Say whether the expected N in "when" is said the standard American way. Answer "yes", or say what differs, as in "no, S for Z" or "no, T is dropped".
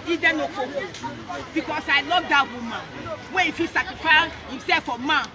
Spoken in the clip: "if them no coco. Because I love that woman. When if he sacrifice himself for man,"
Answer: no, N is dropped